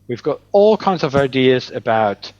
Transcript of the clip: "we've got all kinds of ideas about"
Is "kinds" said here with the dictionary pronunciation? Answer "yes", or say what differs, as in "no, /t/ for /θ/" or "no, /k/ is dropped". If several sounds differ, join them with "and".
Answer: yes